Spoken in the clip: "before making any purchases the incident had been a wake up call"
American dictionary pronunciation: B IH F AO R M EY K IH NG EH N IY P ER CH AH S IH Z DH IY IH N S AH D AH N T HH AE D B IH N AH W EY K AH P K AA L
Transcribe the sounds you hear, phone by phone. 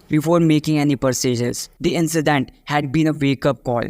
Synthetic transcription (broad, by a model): B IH F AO R M EY K IH NG EH N IY P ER S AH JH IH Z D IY IH N S AH D AH N T HH AE D B IH N AH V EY K AH P K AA L